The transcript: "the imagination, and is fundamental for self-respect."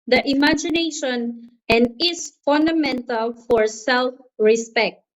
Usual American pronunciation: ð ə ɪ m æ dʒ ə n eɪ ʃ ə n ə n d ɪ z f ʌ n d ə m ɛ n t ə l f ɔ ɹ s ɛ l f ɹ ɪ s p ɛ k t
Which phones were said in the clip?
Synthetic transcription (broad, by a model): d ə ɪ m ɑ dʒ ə n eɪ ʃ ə n ə n d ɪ s f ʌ n d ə m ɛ n t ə l f ɔ ɹ s ɛ l f ɹ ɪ s p ɛ k t